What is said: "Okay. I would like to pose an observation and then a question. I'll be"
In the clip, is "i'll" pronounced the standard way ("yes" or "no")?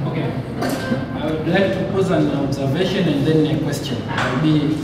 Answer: no